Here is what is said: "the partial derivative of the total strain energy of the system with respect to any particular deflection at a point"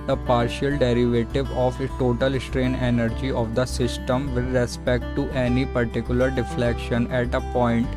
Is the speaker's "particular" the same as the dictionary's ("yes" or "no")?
yes